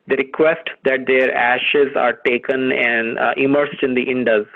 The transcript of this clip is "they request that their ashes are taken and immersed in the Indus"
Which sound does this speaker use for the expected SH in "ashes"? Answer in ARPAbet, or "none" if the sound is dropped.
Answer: SH